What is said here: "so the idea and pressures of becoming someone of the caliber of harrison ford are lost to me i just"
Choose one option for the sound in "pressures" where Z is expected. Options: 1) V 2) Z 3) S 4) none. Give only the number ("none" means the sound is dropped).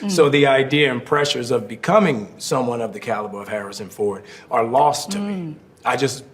2